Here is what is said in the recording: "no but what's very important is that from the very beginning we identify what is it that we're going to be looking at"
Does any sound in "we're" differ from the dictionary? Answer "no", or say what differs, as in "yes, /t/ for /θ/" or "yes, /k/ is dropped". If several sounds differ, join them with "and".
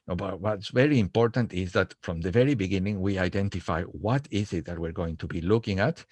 no